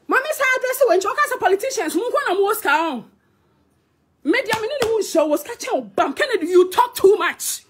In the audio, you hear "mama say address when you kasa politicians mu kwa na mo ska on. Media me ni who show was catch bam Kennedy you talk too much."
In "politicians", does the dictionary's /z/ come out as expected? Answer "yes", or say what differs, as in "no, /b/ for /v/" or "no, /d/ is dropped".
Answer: no, /s/ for /z/